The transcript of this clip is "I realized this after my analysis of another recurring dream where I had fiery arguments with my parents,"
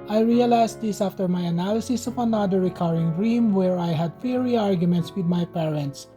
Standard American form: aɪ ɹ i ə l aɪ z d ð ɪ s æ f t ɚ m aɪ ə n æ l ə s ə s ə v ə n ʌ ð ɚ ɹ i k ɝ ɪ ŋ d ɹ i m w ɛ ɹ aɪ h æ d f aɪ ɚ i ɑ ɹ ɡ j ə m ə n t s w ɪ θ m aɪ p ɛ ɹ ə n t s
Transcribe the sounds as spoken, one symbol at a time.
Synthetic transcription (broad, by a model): aɪ ɹ i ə l aɪ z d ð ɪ s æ f t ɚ m aɪ ə n æ l ə s ə s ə p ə n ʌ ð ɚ ɹ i k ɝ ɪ ŋ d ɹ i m w ɛ ɹ aɪ h æ d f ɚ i ɑ ɹ ɡ j ə m ə n t s w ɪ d m aɪ p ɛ ɹ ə n t s